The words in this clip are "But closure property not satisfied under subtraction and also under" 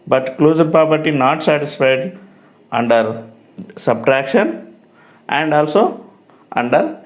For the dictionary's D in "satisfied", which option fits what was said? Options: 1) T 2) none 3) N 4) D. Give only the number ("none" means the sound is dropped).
4